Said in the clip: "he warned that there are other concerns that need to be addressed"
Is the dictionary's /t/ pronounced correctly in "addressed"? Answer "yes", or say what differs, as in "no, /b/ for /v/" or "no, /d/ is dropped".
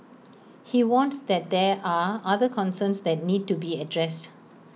yes